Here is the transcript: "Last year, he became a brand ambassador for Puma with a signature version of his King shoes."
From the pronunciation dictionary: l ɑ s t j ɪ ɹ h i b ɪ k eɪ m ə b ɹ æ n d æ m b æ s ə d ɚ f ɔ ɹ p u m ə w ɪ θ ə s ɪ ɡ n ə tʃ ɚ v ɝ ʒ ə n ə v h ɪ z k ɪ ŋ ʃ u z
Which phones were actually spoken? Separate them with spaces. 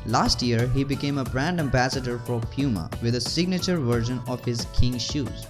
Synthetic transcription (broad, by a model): l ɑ s t j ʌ ɹ h i b ɪ k eɪ m ə b ɹ æ n d æ m b æ s ə d ɚ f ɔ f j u m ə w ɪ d ə s ɪ ɡ n ə tʃ ɚ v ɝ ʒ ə n ə v h ɪ z k ɪ ŋ ʃ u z